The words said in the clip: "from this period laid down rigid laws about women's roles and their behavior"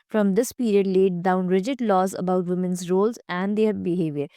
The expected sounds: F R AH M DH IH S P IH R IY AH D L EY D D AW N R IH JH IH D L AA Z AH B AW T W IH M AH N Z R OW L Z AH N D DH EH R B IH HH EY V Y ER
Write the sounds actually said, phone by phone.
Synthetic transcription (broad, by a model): F R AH M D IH S P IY R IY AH D L EY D D AW N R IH JH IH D L AA Z AH B AW T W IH M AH N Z R OW L Z AH N D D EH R B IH HH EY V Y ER